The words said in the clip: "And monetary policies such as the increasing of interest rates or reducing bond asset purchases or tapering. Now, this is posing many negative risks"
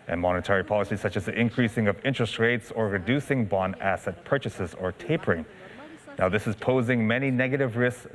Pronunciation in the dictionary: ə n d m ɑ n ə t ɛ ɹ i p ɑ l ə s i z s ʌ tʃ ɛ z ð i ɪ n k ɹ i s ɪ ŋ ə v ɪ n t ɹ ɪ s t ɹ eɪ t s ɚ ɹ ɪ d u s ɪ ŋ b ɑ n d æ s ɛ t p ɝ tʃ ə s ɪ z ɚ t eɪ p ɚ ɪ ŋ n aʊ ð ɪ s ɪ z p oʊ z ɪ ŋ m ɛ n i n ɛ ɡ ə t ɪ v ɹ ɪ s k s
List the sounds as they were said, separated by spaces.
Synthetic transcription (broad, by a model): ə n m ɑ n ə t ɛ ɹ i p ɑ l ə s i s ʌ tʃ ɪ z ð i ɪ n k ɹ i s ɪ ŋ ə v ɪ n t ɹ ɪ s t ɹ eɪ t s ɚ ɹ ɪ d u s ɪ ŋ b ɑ n æ s ɛ t p ɝ tʃ ə s ɪ z ɚ t eɪ p ɚ ɪ ŋ n aʊ ð ɪ s ɪ z p oʊ z ɪ ŋ m ɛ n i n ɛ ɡ ə t ɪ v ɹ ɪ s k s